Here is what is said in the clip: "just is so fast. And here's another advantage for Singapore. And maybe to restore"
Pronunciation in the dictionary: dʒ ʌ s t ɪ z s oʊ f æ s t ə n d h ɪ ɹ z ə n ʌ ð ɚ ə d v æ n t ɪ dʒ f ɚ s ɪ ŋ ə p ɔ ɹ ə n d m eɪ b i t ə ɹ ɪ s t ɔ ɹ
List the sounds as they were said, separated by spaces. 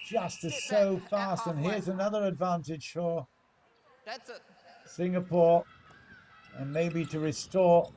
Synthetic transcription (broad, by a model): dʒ ʌ s t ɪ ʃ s oʊ f æ s t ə n h ɪ ɹ z ə n ʌ ð ɚ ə d v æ n t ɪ ʒ f ɚ s ɪ ŋ ə p ɔ ɹ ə n m eɪ b i t ə ɹ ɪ s t ɔ ɹ